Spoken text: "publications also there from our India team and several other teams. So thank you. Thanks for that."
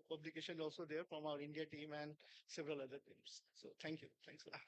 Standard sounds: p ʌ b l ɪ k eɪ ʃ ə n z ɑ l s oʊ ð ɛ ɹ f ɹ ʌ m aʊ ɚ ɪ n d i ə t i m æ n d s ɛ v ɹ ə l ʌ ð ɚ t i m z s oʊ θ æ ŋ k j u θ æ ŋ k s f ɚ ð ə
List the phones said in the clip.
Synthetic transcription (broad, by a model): p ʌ b l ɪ k eɪ ʃ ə n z ɑ l s oʊ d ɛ ɹ f ɹ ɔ m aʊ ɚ ɪ n d i ə t i m æ n d s ɛ v ɹ ə l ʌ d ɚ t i m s s oʊ t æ ŋ k j u t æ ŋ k s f